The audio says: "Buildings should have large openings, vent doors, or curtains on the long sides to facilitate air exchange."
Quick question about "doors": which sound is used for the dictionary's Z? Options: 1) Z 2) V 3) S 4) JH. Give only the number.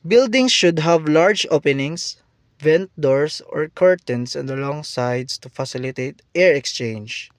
3